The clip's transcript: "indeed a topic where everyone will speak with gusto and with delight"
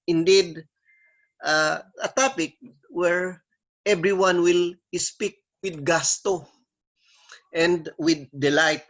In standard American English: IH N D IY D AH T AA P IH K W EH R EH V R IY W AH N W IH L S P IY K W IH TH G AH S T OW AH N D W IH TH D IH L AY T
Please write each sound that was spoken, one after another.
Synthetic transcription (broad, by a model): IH N D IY D AH T AA P IH K W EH R EH B R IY W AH N W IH L S P IY K W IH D G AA S T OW AH N D W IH D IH L AY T